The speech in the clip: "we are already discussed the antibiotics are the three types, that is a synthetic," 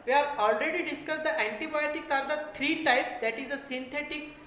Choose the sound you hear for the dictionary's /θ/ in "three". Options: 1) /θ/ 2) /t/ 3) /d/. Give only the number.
2